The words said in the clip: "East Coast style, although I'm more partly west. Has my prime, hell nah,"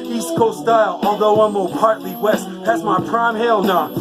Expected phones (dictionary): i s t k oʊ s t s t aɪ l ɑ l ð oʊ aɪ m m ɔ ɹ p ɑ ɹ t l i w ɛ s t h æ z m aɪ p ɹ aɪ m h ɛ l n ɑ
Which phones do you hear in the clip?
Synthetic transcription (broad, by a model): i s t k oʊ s s t aɪ l ɑ l ð oʊ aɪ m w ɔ l p ɑ ɹ t l i w ɛ s t h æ z m aɪ p ɹ aɪ m h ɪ l n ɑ